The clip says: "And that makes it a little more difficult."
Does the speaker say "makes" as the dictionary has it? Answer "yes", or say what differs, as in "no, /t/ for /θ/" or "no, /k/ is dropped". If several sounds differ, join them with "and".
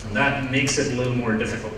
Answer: yes